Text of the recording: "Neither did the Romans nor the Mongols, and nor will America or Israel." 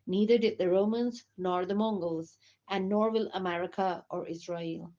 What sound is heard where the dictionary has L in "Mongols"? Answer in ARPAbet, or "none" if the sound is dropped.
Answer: L